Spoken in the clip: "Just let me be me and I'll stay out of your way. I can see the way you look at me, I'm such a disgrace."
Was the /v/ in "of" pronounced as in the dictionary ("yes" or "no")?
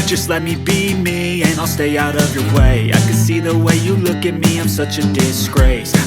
yes